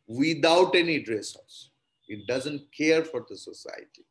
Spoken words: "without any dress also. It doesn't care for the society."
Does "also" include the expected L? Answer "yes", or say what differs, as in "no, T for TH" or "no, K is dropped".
no, L is dropped